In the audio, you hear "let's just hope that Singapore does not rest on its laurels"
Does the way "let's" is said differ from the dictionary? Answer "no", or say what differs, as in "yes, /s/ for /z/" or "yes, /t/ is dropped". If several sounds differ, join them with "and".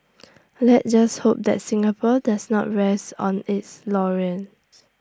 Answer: yes, /s/ is dropped